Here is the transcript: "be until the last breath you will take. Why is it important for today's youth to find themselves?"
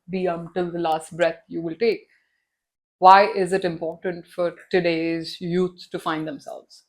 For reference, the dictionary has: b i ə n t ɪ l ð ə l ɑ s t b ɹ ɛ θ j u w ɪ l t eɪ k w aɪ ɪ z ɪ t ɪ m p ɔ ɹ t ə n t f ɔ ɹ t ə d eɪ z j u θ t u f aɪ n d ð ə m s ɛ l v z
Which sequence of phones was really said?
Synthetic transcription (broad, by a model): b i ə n t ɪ l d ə l ɑ s t b ɹ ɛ t j u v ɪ l t eɪ k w aɪ ɪ z ɪ t ɪ m p ɔ ɹ t ə n t f ɔ ɹ t ə d eɪ z j u s t u f aɪ n d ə m s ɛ l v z